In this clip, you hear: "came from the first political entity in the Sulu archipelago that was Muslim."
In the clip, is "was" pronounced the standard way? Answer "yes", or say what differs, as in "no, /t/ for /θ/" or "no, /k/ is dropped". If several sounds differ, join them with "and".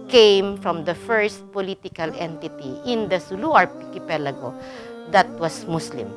no, /s/ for /z/